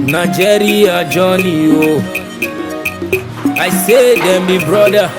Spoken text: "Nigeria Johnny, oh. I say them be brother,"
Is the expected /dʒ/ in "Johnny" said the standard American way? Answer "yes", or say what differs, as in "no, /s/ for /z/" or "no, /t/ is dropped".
yes